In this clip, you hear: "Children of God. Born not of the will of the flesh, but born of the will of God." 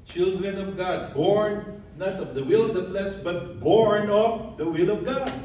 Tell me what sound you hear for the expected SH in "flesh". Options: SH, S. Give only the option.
S